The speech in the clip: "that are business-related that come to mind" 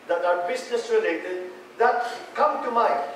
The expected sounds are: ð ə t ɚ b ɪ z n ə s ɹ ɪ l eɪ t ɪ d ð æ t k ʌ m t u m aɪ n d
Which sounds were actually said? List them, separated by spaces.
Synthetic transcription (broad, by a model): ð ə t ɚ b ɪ s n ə s ɹ ɪ l eɪ t ɪ d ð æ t k ʌ m t u m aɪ